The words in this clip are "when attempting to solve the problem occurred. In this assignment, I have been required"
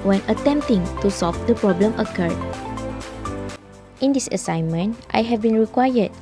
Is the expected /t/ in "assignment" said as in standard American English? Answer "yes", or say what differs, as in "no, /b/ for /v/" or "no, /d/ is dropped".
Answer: yes